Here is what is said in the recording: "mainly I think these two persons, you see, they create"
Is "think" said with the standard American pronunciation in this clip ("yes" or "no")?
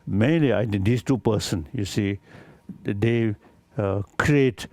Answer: no